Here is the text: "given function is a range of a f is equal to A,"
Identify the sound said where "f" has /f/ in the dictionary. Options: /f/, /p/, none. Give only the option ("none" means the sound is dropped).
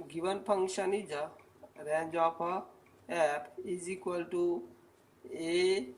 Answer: /p/